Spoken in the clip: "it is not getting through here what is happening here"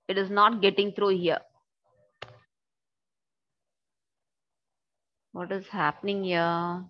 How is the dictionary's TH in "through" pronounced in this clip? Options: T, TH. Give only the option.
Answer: T